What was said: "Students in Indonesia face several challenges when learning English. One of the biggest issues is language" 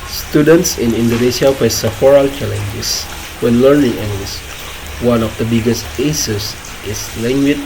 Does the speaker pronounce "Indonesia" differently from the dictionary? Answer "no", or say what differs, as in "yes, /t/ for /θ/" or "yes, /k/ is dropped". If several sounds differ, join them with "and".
yes, /s/ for /ʒ/